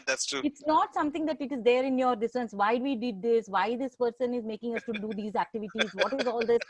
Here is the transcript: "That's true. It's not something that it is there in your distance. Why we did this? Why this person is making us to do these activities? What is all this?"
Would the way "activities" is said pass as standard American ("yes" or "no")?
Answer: yes